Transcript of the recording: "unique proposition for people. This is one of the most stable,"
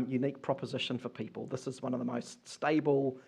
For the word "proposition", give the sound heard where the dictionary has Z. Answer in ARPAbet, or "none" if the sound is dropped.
Z